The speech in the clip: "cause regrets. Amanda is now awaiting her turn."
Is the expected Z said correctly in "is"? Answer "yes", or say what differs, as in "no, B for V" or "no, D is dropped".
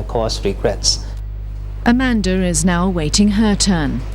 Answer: yes